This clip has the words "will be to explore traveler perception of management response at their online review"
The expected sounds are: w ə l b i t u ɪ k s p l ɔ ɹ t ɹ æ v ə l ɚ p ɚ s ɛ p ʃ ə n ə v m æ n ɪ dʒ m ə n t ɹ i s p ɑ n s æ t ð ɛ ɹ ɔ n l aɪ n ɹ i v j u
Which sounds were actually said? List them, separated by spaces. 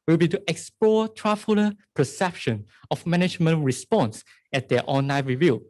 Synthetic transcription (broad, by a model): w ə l b i t u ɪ k s p l ɔ t ɹ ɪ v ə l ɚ p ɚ s ɛ p ʃ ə n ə f m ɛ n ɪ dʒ m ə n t ɹ i s p ɑ n s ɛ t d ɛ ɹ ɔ n aɪ ɹ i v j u